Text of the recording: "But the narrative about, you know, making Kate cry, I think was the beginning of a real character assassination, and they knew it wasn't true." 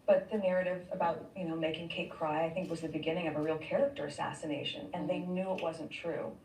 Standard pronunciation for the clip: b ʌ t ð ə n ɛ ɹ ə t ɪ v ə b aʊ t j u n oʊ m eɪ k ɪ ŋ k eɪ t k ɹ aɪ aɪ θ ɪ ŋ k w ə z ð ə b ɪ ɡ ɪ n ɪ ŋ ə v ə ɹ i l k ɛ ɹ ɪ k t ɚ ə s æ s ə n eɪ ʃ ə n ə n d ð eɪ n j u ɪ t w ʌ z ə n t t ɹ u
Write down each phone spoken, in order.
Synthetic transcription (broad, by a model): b ʌ t ð ə n ɛ ɹ ə t ɪ v ə b aʊ t j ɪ n oʊ m eɪ k ɪ ŋ k eɪ t k ɹ aɪ aɪ θ ɪ ŋ k w ə z ð ə b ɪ ɡ ɪ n ɪ ŋ ə v ə ɹ i l k ɛ ɹ ɪ k t ɚ ə s æ s ə n eɪ ʃ ə n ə n ð eɪ n j u ɪ t w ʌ z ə n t t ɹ u